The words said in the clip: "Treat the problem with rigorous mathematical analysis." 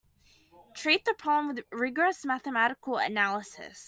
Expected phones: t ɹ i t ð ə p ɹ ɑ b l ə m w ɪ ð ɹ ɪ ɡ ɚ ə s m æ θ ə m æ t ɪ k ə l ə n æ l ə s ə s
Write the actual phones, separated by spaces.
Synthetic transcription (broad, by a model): t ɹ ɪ t ð ə p ɹ ɑ b l ə m w ɪ ð ɹ ɪ ɡ ɚ ə s m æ θ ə m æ t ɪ k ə l ə n æ l ə s ə s